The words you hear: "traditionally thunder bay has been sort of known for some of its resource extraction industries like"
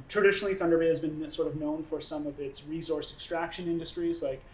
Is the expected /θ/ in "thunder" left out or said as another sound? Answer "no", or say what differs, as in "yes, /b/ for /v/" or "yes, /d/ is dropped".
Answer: no